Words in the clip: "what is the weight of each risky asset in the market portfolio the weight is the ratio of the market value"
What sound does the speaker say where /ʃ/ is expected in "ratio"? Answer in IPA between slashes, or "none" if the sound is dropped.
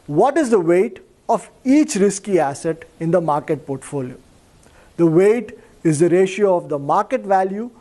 /ʃ/